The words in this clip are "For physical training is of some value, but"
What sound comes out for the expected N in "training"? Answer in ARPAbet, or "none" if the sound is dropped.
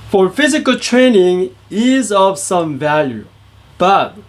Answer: N